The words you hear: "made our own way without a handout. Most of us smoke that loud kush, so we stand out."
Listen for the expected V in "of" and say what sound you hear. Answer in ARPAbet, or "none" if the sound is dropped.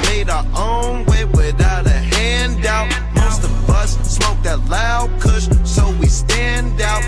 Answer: B